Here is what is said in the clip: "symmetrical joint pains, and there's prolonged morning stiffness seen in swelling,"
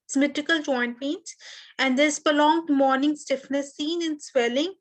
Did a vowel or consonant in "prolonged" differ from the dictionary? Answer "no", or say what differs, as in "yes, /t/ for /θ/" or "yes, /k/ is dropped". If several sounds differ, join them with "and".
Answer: yes, /ɹ/ is dropped